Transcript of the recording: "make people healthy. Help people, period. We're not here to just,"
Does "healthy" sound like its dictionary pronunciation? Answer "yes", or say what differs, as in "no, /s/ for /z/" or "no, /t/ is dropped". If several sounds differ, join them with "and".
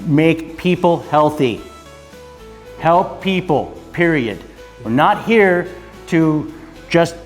yes